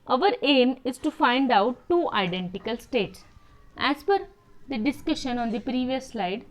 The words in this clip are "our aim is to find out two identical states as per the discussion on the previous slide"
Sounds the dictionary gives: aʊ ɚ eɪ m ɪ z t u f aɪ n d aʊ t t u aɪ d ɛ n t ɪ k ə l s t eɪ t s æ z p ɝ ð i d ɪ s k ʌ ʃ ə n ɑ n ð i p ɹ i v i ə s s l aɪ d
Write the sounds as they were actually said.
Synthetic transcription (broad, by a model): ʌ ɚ eɪ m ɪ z t u f aɪ n d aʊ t t u aɪ d ɛ n t ɪ k ə l s t eɪ t s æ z f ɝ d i d ɪ s k ʌ ʃ ə n ɑ n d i p ɹ i v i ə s s l aɪ d